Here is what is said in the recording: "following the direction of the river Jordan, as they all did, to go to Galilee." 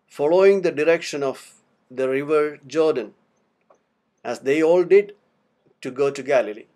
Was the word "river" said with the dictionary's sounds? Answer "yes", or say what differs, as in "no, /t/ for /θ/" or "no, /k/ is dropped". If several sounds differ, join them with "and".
yes